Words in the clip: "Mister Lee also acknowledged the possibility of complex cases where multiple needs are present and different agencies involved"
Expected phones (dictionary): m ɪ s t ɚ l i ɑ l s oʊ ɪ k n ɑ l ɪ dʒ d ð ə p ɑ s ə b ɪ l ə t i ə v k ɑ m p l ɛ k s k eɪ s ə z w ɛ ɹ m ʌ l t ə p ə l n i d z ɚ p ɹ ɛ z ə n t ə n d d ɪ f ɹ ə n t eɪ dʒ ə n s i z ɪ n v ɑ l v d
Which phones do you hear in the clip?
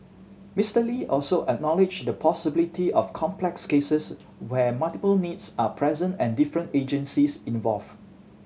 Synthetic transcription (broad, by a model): m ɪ s t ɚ l i ɑ l s oʊ ɪ k n ɑ l ɪ dʒ d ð ə p ɑ s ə b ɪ l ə t i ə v k ɑ m p l ɛ k s k eɪ s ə s w ɛ m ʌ l t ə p ə l n i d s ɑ p ɹ ɛ z ə n t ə n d d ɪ f ɹ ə n t eɪ dʒ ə n s i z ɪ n v ɑ l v